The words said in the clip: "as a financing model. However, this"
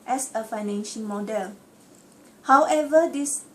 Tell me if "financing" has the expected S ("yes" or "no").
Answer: no